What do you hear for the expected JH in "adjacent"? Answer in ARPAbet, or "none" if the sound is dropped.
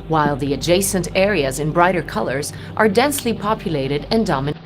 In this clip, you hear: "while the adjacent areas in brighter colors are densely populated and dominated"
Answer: JH